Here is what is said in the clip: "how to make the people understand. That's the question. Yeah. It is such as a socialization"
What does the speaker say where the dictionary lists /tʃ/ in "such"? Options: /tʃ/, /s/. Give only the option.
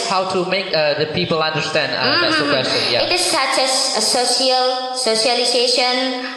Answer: /s/